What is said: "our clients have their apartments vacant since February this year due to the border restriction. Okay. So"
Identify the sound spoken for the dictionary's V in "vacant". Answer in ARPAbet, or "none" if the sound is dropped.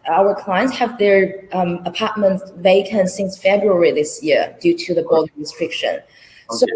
V